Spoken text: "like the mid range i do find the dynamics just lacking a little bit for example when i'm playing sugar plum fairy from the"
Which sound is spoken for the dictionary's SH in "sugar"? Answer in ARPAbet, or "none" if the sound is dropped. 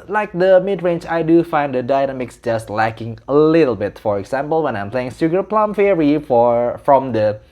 S